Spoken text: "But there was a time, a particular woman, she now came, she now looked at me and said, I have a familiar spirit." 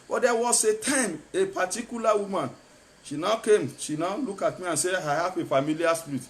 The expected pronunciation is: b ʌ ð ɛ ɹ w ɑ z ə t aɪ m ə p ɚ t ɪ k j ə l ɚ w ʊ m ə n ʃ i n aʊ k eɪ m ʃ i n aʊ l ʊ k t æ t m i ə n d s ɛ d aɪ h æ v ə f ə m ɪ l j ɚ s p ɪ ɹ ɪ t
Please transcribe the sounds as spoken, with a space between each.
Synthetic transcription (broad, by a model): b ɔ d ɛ w ɑ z ə t aɪ m ə p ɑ t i k j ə l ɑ w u m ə n ʃ i n aʊ k eɪ m ʃ i n aʊ l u k ɑ t m i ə n s ɛ aɪ h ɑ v ə f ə m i l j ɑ s p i ɹ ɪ t